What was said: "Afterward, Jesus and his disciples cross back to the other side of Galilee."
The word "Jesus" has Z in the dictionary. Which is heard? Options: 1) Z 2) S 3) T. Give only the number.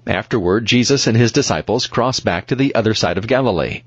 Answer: 1